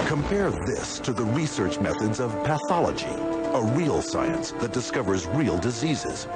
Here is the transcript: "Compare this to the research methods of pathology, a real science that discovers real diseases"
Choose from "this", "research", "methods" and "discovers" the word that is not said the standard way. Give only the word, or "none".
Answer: none